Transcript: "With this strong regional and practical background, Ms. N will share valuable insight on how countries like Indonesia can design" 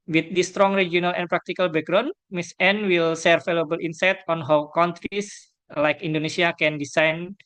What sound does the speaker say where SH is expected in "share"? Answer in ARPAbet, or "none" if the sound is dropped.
S